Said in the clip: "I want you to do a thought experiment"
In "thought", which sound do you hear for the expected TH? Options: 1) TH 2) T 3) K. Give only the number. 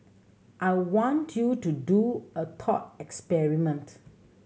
2